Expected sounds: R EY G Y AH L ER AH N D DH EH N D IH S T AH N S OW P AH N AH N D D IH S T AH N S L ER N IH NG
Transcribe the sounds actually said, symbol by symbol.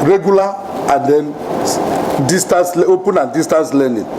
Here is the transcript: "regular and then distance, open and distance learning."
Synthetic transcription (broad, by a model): R EY G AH L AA AH N D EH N D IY S T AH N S OW P AH N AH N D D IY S T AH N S L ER N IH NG